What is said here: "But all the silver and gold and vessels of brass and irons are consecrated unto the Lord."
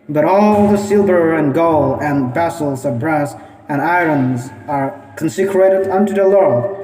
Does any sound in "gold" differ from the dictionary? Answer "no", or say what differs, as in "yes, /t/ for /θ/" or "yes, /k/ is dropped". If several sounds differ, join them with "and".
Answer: yes, /d/ is dropped